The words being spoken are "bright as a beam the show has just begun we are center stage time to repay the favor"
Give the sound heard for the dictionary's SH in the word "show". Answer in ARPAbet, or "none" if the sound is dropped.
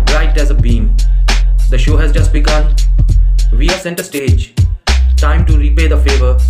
SH